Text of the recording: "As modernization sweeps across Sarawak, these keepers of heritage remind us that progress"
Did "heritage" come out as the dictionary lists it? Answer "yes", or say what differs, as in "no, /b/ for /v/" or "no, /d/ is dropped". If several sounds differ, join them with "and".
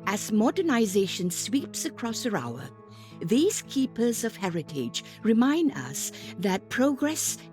yes